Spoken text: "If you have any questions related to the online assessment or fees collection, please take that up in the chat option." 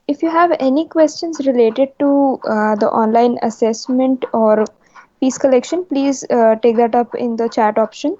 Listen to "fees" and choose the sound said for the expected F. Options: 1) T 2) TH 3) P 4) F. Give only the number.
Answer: 3